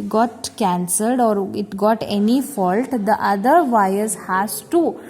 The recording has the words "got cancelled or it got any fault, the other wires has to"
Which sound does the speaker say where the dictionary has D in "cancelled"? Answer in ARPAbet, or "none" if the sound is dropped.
D